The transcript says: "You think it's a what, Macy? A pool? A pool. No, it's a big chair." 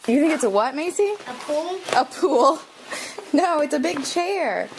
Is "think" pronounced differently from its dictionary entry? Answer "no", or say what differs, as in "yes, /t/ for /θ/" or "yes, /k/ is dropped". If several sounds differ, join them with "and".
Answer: no